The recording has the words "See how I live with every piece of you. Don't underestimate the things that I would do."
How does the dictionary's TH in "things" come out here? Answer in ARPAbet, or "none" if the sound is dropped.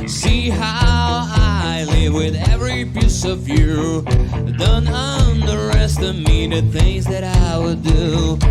TH